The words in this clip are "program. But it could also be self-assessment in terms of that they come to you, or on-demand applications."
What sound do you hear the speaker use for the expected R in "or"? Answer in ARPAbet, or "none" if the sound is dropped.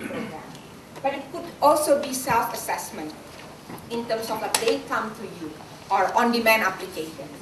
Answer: R